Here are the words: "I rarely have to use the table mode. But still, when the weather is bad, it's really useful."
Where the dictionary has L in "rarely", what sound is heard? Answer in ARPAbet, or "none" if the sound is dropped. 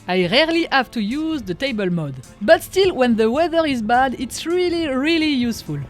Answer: L